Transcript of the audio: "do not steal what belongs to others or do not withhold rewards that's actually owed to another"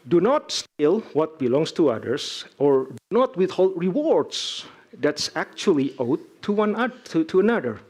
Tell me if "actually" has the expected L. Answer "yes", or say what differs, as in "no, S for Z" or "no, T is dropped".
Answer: no, W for L